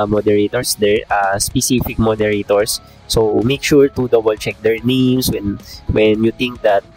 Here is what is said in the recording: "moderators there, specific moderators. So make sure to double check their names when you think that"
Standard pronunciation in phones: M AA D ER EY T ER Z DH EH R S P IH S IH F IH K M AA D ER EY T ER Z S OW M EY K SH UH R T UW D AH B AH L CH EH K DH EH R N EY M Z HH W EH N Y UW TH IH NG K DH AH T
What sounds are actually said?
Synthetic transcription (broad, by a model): M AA D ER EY T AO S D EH R S P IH S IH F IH K M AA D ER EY T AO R S OW M EY K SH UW R T UW D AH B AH L CH EH K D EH R N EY M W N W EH N Y UW T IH NG K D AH T